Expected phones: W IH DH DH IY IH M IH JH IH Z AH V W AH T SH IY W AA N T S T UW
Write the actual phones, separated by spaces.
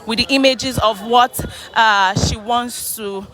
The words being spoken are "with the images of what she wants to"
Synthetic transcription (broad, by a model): W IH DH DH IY IH M IH JH IH Z AH V W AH T SH IY W AA N T S T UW